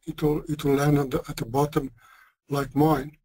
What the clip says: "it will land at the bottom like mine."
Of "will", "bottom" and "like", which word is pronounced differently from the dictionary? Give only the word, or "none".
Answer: will